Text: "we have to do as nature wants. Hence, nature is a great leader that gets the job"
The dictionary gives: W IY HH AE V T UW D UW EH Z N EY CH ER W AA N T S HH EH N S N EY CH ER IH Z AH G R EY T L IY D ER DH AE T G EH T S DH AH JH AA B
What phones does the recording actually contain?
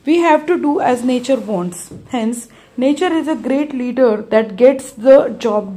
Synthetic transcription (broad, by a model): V IY HH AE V T UW D UW EH Z N EY CH ER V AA N T S HH EH N S N EY CH ER IH Z AH G R EY T L IY D ER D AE T G EH T S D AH JH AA B